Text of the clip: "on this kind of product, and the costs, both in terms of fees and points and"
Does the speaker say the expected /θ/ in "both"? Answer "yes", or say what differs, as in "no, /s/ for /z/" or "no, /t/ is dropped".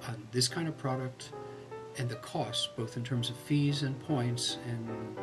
yes